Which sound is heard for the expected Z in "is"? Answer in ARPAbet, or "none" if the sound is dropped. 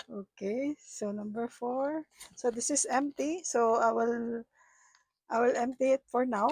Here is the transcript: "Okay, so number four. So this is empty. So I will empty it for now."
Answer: S